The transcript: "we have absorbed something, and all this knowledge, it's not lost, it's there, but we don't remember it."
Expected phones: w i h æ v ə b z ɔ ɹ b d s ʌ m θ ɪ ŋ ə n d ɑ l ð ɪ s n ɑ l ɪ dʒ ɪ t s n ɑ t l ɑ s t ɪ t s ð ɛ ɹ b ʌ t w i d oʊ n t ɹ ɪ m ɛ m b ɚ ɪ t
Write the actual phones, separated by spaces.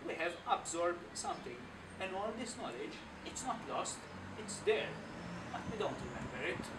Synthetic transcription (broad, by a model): w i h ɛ v ə b z ɔ ɹ b d s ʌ m t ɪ ŋ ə n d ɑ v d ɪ s n ɑ l ɪ dʒ ɪ t s n ɑ t l ɑ s t ɪ t s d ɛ ɹ b ʌ t w i d oʊ n t ɹ ɪ m ɛ m b ɚ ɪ t